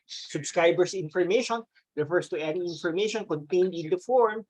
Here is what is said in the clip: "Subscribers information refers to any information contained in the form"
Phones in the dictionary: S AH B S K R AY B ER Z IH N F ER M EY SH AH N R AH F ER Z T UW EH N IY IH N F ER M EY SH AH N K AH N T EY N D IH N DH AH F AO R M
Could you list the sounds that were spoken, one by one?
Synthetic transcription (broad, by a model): S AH B S K R AY B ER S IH N F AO M EY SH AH N R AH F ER S T UW EH N IY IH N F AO M EY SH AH N K AH N T EY N D IH N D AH F AO R M